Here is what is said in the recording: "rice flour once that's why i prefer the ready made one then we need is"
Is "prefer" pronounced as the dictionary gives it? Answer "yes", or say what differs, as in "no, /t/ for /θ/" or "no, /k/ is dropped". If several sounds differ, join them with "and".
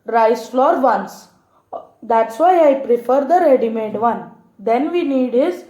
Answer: yes